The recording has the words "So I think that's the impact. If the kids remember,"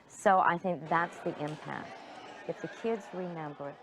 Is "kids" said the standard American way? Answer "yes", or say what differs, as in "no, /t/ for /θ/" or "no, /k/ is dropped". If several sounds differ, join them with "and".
yes